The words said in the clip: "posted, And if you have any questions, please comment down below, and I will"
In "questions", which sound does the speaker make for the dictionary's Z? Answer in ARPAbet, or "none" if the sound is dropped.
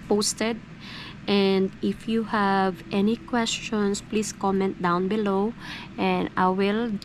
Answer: S